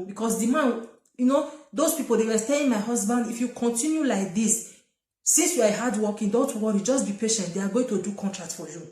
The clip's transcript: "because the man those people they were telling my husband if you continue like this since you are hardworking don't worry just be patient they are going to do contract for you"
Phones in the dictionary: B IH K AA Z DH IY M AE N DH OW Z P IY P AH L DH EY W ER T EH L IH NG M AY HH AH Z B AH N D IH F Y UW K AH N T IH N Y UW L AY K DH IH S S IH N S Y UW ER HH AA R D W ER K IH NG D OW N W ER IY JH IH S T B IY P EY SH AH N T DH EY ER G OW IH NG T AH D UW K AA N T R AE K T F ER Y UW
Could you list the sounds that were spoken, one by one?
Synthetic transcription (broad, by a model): B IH K AA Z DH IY M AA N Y OW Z P IY P AH L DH EY W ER T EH IH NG M AY HH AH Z B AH N D IH F Y UW K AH N T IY N Y UW L AY K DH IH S S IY N S Y UW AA HH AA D W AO K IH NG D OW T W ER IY JH IH S T B IY P EY SH AH N T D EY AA G OW IH NG T AH D UW K AA N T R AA K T F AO Y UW